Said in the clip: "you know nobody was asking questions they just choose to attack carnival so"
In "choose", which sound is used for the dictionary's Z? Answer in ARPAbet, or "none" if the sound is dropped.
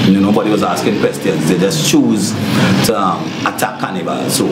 Z